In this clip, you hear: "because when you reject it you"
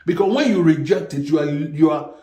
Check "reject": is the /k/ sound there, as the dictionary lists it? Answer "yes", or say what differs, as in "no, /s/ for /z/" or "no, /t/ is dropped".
yes